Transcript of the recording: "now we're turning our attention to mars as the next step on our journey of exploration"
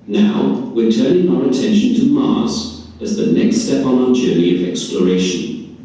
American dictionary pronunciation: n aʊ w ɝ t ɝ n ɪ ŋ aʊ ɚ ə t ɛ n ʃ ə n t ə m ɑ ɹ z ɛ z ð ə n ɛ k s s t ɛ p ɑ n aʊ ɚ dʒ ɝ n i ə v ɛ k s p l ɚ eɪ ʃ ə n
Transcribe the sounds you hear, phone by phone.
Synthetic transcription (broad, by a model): n aʊ w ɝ t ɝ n ɪ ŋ aʊ ɚ ə t ɛ n ʃ ə n t ə m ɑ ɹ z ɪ z ð ə n ɛ k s s t ɛ p n aʊ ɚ dʒ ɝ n i ə v ɛ k s p l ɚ eɪ ʃ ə n